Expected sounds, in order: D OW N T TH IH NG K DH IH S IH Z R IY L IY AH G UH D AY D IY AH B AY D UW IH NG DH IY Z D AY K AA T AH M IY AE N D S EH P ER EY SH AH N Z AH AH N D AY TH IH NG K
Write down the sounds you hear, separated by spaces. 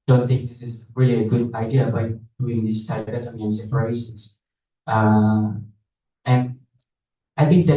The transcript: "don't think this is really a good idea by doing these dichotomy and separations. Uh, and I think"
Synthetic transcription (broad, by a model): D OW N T TH IH NG K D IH S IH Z R IY L IY AH G UH D AY D IY AH B AY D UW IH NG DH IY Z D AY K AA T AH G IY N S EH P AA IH S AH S AH AH N D AY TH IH NG K